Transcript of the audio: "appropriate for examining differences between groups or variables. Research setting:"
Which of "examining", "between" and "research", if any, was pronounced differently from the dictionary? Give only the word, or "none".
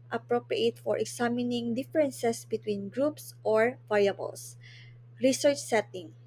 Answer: examining